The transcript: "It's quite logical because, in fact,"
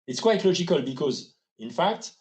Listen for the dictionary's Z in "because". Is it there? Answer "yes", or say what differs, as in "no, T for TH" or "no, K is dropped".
yes